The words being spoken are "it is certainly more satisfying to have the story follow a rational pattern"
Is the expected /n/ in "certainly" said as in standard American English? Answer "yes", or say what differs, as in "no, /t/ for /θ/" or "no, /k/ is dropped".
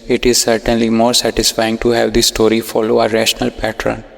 yes